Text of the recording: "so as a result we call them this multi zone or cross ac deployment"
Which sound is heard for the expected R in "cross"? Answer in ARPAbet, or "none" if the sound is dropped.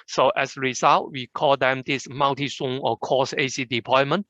none